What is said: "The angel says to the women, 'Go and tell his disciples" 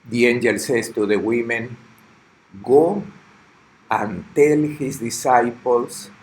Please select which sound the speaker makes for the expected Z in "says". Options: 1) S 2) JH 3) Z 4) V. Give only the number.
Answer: 1